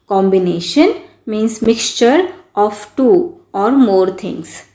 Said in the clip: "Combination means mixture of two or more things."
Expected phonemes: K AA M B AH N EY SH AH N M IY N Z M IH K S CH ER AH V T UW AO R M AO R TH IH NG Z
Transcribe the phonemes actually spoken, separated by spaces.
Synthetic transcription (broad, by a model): K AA M B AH N EY SH AH N M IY N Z M IH K S CH ER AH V T UW AO R M AO R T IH NG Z